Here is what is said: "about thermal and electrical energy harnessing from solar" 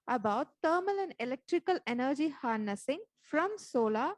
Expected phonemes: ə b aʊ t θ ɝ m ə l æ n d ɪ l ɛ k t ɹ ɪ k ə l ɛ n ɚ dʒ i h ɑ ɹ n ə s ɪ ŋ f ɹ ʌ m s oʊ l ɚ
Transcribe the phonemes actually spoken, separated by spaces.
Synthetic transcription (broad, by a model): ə b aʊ t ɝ m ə l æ n d ɪ l ɛ k t ɹ ɪ k ə l ɛ n ɚ dʒ i h ɑ ɹ n ə s ɪ ŋ f ɹ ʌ m s oʊ l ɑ